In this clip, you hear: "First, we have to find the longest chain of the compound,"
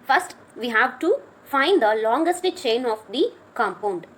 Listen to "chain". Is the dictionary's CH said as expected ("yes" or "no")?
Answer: yes